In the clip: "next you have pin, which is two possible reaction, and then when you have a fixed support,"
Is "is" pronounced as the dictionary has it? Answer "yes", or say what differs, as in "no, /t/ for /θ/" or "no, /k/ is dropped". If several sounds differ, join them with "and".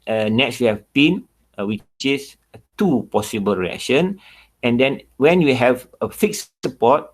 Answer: no, /s/ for /z/